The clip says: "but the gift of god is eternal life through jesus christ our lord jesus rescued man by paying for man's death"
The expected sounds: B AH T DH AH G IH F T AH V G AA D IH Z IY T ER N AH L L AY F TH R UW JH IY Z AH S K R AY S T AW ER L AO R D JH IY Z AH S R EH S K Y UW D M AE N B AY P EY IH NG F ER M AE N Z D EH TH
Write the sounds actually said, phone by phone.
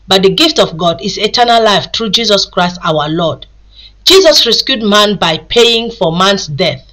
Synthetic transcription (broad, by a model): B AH T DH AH G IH F T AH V G AA D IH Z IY T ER N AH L L AY F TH R UW JH IY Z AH S K R AY S T AW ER L AO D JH IY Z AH S R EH S K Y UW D M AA N B AY P EY IH NG F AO M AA N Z D EH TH